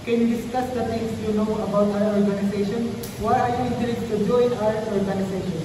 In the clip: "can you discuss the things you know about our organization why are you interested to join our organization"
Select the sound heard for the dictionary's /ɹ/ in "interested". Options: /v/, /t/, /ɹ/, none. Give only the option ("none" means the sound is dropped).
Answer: none